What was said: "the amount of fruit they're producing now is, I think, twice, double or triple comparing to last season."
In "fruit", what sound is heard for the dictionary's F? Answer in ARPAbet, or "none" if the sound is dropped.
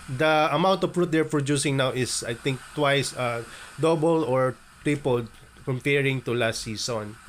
P